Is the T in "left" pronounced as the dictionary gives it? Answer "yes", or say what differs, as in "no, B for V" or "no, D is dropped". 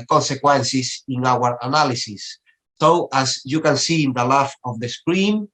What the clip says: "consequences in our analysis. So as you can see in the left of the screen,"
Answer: no, T is dropped